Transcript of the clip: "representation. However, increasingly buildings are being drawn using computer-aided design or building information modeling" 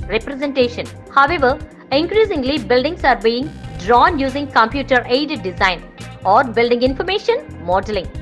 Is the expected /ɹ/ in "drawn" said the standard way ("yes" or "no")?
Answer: yes